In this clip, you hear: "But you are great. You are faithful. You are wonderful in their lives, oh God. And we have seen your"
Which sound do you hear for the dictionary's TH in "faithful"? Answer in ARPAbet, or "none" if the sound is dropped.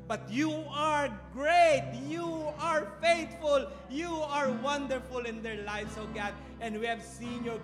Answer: T